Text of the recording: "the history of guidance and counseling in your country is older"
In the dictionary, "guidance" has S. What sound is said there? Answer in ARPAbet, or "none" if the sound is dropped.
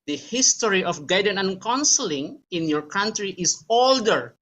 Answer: none